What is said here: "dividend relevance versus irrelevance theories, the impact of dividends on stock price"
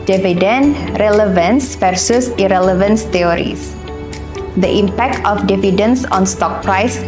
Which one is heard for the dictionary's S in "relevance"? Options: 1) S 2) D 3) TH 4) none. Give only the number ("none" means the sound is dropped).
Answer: 1